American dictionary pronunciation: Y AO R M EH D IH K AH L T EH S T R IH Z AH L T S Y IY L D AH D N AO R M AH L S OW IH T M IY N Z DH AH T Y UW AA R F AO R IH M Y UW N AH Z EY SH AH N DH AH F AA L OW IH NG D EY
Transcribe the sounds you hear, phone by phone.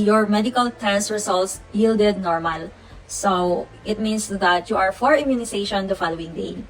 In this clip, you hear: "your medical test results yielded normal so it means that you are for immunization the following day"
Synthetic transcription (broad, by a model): Y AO R M EH D IH K AH L T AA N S R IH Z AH L T S Y IY L D AH D N AO R M AH L S OW IH T M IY N S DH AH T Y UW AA R F AO R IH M Y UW N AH S EY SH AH N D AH F AA L OW IH NG D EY